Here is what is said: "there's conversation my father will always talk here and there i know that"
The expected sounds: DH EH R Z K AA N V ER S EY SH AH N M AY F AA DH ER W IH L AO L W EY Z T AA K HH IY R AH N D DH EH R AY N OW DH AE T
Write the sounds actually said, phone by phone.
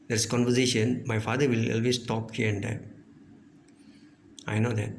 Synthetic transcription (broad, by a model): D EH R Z K AA N V ER S EY SH AH N M AY F AA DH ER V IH L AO L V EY S T AA K HH IY R AH N D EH AY N OW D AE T